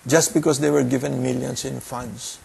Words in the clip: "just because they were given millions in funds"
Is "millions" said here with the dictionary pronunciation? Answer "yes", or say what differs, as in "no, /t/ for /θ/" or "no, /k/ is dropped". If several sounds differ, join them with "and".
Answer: no, /s/ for /z/